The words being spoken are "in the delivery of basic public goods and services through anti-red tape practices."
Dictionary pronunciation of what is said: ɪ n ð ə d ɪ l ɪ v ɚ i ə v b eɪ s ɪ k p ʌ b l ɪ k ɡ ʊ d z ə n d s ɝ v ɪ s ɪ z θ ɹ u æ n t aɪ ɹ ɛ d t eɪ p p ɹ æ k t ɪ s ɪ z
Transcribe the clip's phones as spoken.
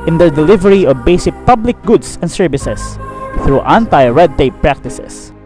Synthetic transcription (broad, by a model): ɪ n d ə d ɪ l ɪ v ɚ i ə v b eɪ s ɪ k p ʌ b l ɪ k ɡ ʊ d s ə n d s ɝ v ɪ s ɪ s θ ɹ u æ n t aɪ ɹ ɛ d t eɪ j p ɹ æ k t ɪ s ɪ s